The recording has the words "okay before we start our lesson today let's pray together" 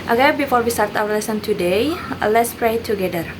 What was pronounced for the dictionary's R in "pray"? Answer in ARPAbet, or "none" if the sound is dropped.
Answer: R